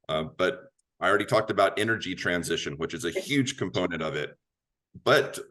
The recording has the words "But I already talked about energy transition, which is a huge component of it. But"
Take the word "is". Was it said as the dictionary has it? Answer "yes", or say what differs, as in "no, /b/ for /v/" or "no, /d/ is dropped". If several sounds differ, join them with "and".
yes